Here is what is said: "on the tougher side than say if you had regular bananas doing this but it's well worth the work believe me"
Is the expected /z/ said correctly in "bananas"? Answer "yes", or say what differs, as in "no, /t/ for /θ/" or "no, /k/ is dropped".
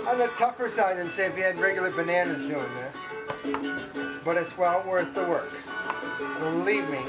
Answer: yes